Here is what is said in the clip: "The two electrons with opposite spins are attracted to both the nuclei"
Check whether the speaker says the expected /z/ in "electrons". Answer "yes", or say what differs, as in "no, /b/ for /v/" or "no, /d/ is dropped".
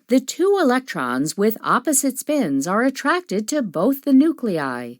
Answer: yes